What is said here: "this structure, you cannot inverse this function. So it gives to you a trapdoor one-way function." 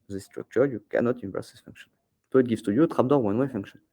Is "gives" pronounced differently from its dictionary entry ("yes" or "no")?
yes